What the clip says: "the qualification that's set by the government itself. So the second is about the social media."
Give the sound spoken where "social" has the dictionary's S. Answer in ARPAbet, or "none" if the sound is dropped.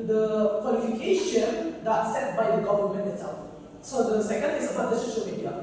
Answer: SH